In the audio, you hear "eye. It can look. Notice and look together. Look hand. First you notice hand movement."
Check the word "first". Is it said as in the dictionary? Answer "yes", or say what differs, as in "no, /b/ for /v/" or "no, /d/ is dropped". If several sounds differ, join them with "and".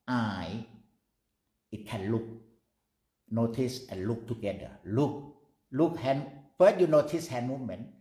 no, /s/ is dropped